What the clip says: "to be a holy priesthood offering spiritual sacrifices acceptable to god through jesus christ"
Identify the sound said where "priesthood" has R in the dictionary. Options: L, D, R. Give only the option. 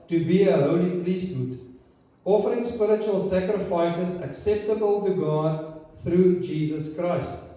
L